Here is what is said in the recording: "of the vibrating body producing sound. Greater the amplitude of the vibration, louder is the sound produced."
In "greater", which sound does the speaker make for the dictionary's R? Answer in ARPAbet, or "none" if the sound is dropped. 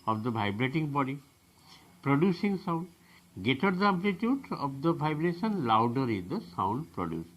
none